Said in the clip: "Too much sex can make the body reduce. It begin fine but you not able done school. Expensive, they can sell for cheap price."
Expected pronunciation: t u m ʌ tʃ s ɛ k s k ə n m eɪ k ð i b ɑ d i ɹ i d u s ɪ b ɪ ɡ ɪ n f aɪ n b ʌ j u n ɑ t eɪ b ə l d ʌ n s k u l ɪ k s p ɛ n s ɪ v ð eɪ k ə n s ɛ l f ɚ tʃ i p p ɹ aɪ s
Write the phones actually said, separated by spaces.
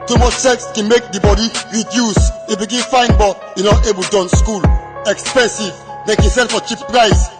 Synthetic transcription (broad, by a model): t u m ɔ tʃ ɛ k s k ə n m eɪ k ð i b ɑ d i ɹ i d u s ɪ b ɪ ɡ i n f aɪ n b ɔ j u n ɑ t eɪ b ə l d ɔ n s k u l ɪ k s p ɛ n s ɪ v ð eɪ k ə n s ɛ n f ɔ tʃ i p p ɹ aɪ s